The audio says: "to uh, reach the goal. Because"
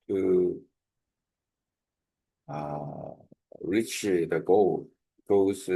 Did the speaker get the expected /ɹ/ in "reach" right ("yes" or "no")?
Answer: yes